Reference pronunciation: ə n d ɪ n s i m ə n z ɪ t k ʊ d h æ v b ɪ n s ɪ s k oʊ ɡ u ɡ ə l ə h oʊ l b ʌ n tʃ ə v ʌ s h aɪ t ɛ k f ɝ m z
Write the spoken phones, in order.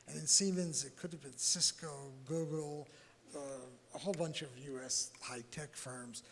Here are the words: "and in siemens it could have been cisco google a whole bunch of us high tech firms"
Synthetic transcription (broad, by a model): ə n ɪ n s i m ə n z ɪ t k ʊ d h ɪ v b ɪ n s ɪ s k oʊ ɡ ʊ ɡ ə ə h oʊ l b ʌ n tʃ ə v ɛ s h aɪ t ɛ k f ɝ m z